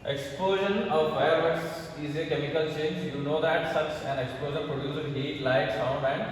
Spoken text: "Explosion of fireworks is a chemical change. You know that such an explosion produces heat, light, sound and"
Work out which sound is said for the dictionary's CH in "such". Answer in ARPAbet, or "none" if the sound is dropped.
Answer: S